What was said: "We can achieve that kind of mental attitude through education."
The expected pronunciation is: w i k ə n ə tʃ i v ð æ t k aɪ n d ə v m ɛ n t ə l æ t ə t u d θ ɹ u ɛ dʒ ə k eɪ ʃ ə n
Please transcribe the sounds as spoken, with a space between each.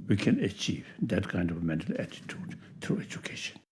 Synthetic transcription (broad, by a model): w i k ə n ə tʃ i v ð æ t k aɪ n d ə v m ɛ n t ə l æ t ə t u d t ɹ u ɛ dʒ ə k eɪ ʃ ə n